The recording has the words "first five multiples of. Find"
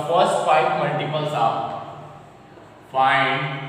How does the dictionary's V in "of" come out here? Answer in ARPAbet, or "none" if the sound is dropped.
P